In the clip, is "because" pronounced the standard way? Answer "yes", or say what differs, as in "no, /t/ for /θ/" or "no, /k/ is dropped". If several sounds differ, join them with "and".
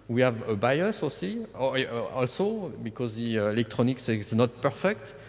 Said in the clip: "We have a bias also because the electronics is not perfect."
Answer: yes